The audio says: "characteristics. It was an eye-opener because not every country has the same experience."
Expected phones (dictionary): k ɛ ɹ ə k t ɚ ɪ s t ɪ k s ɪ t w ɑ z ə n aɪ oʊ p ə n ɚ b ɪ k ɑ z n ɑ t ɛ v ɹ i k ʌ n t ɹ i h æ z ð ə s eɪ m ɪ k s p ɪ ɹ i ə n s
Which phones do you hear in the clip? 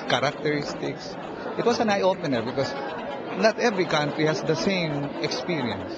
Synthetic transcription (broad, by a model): k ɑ ɹ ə k t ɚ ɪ s t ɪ k s ɪ t w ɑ s ə n aɪ oʊ p ə n ɚ b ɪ k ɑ s n ɑ t ɛ v ɹ i k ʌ n t ɹ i h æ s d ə s eɪ m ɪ k s p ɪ ɹ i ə n s